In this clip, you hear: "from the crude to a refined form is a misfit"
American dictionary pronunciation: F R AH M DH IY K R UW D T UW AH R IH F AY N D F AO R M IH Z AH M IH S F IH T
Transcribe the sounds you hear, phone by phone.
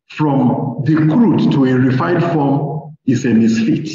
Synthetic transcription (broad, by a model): F R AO M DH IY K R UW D T UW AH R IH F AY D F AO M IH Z AH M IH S F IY T